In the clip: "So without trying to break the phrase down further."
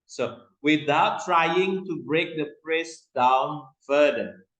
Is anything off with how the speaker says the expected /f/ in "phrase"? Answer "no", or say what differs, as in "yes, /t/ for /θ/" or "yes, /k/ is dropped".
yes, /p/ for /f/